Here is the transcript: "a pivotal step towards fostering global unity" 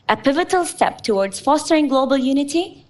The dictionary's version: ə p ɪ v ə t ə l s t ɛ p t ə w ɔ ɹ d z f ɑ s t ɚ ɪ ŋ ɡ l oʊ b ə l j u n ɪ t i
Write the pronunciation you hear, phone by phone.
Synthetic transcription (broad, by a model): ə p ɪ v ə t ə l s t ɛ p t ə w ɔ ɹ d z f ɑ s t ɚ ɪ ŋ ɡ l oʊ b ə l j u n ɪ t i